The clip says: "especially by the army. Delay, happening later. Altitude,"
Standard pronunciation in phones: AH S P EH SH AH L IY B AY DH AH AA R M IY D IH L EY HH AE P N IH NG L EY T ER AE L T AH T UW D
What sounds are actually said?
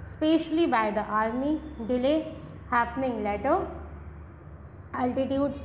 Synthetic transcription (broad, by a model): S P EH SH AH L IY B AY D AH AA R M IY D IH L EY HH AE P N IH NG L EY T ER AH L T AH T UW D